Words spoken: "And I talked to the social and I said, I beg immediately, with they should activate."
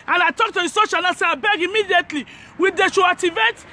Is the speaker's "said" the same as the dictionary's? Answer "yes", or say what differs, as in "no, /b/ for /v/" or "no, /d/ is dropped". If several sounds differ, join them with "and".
no, /d/ is dropped